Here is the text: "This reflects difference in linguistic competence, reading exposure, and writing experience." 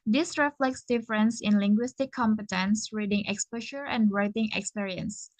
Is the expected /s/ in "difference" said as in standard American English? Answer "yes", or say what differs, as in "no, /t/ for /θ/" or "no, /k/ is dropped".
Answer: yes